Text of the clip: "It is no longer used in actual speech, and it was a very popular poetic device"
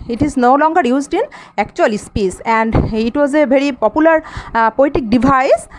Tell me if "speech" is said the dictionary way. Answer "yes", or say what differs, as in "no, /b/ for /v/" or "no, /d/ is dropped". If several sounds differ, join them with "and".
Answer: no, /s/ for /tʃ/